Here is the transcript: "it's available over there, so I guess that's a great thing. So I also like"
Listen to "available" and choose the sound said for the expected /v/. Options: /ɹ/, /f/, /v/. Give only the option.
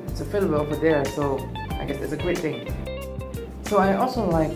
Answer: /f/